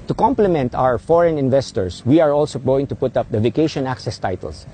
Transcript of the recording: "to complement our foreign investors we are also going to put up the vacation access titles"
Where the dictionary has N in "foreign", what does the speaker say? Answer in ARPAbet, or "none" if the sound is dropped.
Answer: N